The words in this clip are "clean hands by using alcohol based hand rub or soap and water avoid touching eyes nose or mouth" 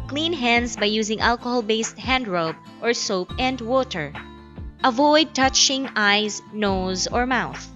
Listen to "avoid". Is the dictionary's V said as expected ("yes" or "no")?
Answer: yes